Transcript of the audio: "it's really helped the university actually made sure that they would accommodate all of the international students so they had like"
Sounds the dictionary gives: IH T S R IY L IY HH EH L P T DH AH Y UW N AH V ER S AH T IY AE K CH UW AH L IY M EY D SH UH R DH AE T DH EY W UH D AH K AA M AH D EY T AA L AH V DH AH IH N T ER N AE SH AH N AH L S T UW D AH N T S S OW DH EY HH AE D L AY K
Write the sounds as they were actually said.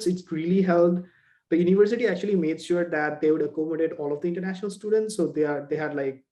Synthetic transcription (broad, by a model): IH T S R IY L IY HH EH L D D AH Y UW N AH V ER S AH T IY AE K CH UW AH L IY M EY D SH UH R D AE T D EY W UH D AH K AA M AH D EY T AA L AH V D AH IH N T ER N AE SH AH N AH L S T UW D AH N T S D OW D EY HH AE D L AY K